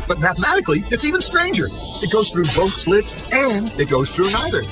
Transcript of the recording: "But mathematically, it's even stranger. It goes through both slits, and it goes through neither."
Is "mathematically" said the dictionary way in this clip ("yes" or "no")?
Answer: yes